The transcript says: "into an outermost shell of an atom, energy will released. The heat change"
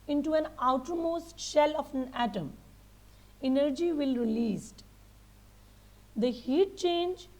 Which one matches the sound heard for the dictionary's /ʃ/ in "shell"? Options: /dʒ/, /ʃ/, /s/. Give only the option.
/ʃ/